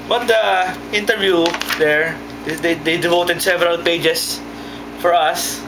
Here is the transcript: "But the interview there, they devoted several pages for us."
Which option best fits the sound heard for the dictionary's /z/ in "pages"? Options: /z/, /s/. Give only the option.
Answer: /s/